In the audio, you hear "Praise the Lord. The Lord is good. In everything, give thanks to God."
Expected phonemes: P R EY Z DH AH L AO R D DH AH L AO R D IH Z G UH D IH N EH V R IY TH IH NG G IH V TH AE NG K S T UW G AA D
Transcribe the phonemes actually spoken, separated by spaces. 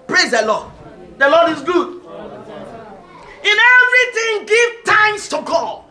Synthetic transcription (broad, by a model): P R EY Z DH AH L AO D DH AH L AO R D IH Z G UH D IH N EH V R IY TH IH NG G IH V T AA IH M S T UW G AA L